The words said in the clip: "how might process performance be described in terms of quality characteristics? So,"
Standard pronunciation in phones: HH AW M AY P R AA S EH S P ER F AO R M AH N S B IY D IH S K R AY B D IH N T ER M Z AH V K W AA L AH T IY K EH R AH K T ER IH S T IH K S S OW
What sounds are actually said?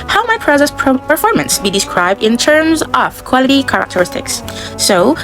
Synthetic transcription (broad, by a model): HH AW M AY P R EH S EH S P ER F AO R M AH N S B IY D IH S K R AY B D IH N T ER M Z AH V K W AA L AH T IY K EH R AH K T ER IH S T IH K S S OW